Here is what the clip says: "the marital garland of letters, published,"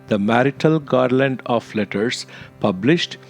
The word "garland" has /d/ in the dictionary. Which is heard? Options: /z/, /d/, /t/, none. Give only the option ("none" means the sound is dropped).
/d/